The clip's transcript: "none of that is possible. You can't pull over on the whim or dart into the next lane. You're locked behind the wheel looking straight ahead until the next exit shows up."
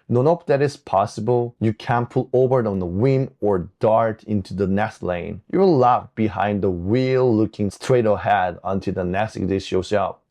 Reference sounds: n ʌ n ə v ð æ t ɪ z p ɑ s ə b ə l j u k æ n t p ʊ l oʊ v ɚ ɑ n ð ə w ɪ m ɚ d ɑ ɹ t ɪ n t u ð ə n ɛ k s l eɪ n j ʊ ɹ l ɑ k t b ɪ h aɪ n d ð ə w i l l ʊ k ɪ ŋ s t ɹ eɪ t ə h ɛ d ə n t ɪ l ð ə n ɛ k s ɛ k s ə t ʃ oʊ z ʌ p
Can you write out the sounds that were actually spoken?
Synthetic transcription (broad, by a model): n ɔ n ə p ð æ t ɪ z p ɑ s ə b ə l j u k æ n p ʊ l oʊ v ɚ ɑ n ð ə w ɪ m ɚ d ɑ ɹ t ɪ n t u ð ə n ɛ s l eɪ n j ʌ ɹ l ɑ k b ɪ h aɪ n d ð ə w i l l ʊ k ɪ ŋ s t ɹ eɪ t ə h ɛ d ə n t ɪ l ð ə n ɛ s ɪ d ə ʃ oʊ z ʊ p